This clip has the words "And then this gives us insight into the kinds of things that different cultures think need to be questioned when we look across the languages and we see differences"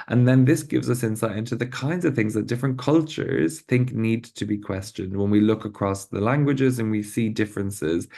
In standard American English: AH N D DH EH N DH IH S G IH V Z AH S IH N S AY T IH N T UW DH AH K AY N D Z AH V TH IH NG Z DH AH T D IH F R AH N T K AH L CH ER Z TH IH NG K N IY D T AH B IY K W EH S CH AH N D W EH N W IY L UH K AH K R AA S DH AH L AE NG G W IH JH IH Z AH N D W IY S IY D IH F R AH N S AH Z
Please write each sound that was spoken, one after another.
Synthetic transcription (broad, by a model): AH N DH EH N DH IH S G IH V Z AH S IH N S AY T IH N T UW DH AH K AY N D Z AH V TH IH NG Z DH AH T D IH F R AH N K AH L CH ER Z TH IH NG K N IY D T AH B IY K W EH S CH AH N D W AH N W IY L UH K AH K R AA S DH AH L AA NG G W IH JH IH Z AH N W IY S IY D IH F R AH N S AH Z